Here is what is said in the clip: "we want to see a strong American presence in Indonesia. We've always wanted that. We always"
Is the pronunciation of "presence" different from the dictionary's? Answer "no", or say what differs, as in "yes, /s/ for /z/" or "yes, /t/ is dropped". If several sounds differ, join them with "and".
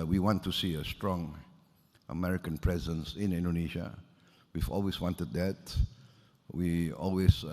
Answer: no